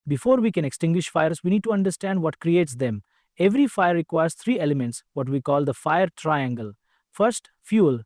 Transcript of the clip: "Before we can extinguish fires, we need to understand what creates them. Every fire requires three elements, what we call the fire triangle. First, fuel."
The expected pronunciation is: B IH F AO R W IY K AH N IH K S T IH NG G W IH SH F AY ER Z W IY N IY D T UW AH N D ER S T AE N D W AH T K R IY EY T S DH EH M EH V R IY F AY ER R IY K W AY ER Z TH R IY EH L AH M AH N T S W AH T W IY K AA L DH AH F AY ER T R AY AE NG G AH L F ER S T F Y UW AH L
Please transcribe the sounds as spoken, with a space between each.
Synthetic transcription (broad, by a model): B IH F AO R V IY K AH N IH K S T IH NG G W IH SH F AY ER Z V IY N IY D T UW AH N D ER S T AE N D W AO T K R IY EY T S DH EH M EH V R IY F AY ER R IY K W AY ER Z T R IY EH L AH M AH N T S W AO T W IY K AA L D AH F AY ER T R AY AE NG G AH L F ER S T F Y UW L